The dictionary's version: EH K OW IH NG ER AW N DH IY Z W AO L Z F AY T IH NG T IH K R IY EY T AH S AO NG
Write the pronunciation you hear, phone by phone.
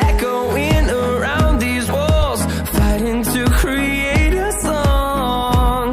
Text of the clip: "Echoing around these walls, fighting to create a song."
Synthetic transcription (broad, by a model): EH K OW IH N ER AW N DH IY Z W AO L Z F AY T IH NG T IH K R IY EY T AH S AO NG